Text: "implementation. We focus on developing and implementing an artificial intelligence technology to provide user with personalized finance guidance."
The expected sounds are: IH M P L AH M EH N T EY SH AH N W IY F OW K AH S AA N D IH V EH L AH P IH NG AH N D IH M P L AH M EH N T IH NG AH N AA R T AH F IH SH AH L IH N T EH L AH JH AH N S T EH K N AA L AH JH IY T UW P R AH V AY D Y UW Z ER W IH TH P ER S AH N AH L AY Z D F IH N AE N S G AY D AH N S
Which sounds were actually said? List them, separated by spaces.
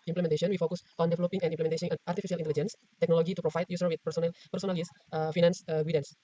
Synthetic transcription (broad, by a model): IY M P L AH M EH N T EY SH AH N W IY F OW K AH S AA N D IH V EH L AH P IH NG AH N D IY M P L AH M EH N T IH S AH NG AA R T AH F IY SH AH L IH N T EH L AH JH AH N S T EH K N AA L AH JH IY T UW P R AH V AY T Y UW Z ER W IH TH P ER S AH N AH N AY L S F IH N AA N S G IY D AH N S